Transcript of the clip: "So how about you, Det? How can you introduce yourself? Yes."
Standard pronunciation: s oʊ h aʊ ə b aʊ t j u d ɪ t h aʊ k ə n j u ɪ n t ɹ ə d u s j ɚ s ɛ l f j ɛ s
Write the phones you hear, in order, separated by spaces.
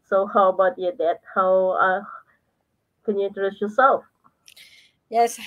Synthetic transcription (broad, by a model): s oʊ h aʊ ə b aʊ t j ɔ d ɪ t h aʊ k ə n j u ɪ n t ə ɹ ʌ s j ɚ s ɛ l f j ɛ s